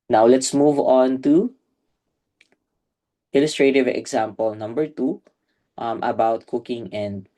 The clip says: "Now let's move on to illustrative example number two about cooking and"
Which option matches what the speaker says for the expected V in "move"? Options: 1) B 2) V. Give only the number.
2